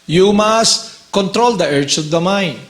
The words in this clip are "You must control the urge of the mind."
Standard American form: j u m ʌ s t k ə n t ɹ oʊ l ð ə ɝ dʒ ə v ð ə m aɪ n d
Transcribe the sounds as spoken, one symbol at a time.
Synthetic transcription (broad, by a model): j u m ʌ s t k ə n t ɹ oʊ l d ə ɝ tʃ ə v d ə m aɪ n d